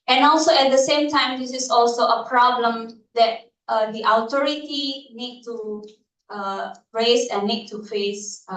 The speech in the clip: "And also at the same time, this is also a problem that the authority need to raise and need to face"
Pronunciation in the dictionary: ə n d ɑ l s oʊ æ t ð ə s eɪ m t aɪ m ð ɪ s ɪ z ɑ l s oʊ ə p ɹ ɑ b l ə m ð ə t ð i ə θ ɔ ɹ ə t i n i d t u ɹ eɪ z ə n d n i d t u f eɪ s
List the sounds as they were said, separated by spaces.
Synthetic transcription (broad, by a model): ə n ɑ l s oʊ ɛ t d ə s eɪ m t aɪ m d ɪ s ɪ s ɑ l s oʊ ə p ɹ ɑ b l ə m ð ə t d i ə t ɔ ɹ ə t i n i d t u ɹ eɪ s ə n n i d t u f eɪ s